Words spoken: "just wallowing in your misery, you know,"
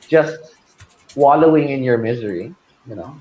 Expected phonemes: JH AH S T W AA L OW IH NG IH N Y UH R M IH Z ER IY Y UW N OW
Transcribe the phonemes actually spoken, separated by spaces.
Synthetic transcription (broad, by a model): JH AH S T W AA L OW IH NG IH N Y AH R M IH Z ER IY Y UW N OW